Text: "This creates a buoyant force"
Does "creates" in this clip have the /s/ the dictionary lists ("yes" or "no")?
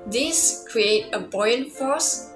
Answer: no